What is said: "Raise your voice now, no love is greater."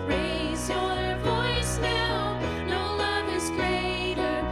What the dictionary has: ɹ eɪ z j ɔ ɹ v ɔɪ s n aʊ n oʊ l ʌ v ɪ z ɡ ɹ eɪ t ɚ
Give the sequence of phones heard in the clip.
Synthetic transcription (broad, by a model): ɹ eɪ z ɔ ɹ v ɔɪ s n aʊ n oʊ l ʌ v ɪ z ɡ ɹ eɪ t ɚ